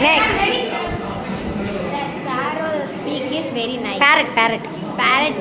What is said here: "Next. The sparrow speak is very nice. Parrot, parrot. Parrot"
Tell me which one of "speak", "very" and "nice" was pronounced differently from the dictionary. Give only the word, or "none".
nice